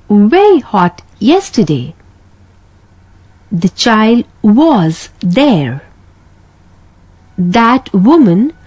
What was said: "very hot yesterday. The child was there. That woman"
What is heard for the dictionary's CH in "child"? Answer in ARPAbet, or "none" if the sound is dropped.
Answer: CH